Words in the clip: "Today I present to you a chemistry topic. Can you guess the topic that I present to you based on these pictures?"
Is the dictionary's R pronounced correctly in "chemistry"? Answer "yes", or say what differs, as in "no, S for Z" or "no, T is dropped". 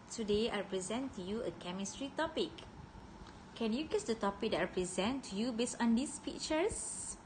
yes